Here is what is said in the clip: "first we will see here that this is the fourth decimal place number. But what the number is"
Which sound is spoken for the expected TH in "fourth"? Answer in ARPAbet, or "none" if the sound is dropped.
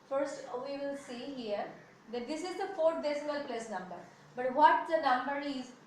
T